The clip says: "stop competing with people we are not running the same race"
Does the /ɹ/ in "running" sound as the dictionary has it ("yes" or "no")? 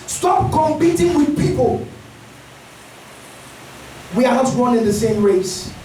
no